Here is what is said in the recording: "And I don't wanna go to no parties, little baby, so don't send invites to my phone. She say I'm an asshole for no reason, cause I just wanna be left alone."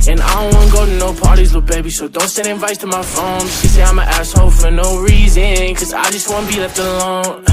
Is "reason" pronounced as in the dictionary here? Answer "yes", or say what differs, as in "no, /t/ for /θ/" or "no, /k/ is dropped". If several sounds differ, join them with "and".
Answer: yes